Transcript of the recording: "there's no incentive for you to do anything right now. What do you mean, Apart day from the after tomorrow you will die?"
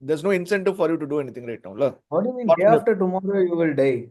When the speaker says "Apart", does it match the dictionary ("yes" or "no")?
no